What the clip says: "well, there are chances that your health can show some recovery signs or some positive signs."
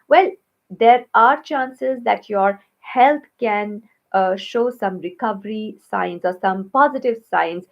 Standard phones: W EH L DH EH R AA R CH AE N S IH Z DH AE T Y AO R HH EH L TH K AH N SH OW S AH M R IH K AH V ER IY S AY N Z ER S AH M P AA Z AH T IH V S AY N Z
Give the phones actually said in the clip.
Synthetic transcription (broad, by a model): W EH L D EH R AA R CH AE N S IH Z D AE T Y AO R HH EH L T K AH N SH OW S AH M R IH K AH V ER IY S AY N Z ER S AH M P AA Z AH T IH V S AY N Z